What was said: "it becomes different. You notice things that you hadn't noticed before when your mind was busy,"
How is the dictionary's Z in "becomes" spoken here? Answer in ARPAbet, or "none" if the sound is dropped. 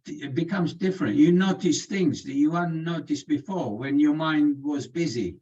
Z